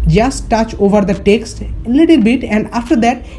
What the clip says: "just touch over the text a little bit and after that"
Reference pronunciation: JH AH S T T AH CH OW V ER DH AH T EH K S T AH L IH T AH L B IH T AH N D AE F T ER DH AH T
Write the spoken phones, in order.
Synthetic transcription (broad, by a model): JH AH S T T AH CH OW V ER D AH T EH K S T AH L IH T AH L B IH T AH N D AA F T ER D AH T